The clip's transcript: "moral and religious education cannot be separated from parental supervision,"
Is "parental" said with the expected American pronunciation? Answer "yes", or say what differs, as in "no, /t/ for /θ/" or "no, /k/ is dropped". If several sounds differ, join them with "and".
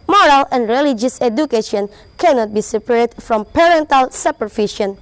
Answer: yes